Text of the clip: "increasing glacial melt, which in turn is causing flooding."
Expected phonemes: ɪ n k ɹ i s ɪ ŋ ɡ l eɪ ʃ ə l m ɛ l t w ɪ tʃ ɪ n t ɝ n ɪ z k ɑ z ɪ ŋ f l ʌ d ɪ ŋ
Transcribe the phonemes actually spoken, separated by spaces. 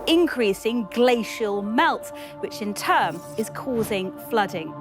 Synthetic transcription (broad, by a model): ɪ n k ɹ i s ɪ ŋ ɡ l eɪ ʃ ə l m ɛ l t w ɪ tʃ ɪ n t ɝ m ɪ z k ɑ z ɪ ŋ f l ʌ d ɪ ŋ